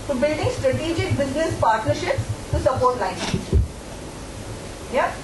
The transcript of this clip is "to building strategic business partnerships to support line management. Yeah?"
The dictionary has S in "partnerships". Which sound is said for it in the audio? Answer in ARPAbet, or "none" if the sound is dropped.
S